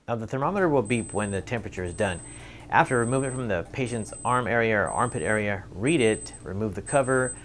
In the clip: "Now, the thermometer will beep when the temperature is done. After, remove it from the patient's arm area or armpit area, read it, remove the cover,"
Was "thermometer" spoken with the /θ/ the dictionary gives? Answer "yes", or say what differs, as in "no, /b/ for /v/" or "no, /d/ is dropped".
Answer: yes